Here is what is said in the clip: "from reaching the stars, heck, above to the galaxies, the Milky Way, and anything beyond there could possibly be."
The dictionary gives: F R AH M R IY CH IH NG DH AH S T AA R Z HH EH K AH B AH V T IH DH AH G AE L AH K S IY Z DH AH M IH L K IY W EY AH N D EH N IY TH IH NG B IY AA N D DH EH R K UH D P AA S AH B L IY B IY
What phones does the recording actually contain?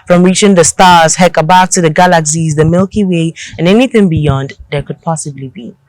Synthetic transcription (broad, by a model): F R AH M R IY CH IH NG DH AH S T AA R Z HH EH K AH B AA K T IH DH AH G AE L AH K S IY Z DH AH M IH L K IY W EY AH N EH N IY TH IH NG B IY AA N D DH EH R K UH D P AA S AH B L IY B IY